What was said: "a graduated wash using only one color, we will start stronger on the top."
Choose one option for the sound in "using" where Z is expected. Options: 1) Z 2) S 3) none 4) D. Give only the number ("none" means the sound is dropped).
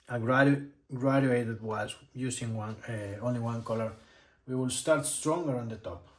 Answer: 2